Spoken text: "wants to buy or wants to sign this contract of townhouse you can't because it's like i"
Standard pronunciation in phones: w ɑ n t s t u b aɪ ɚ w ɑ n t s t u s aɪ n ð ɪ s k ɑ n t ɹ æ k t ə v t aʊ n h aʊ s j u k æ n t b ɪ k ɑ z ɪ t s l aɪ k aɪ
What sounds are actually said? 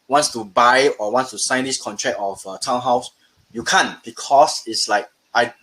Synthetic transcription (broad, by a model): w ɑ n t s t u b aɪ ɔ w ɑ n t s t u s aɪ n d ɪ s k ɑ n t ɹ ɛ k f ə t aʊ n h aʊ s j u k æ n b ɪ k ɑ s ɪ t s l aɪ k aɪ